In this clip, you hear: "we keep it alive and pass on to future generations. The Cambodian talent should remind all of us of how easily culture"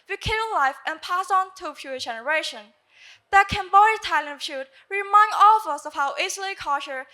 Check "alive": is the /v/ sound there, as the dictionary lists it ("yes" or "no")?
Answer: no